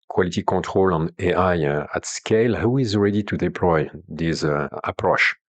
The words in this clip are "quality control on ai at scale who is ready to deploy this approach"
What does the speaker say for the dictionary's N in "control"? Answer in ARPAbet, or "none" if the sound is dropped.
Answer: none